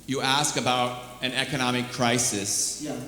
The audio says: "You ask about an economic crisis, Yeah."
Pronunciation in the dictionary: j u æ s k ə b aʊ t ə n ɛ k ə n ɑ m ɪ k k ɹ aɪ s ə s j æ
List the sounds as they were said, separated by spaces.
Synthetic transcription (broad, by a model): j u æ s k ə b aʊ t ə n ɛ k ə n ɑ m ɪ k k ɹ aɪ s ə s